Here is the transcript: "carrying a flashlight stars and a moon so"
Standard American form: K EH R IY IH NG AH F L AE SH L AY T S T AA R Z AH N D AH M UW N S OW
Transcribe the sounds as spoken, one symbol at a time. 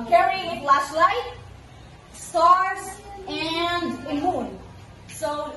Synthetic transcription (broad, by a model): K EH R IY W AH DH L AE S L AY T S T AA R Z AH N D AH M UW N S OW